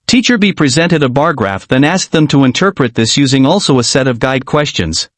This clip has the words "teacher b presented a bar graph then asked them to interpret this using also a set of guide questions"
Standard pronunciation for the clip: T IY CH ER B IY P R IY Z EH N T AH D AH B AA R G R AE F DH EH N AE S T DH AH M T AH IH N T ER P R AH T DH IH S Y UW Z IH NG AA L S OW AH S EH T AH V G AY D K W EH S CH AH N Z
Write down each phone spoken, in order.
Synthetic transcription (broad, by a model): T IY CH ER B IY P R IY Z EH N T AH D AH B AA R G R AE F DH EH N AE S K DH AH M T AH IH N T ER P R AH T DH IH S Y UW Z IH NG AA L S OW AH S EH T AH V G AY D K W EH S CH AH N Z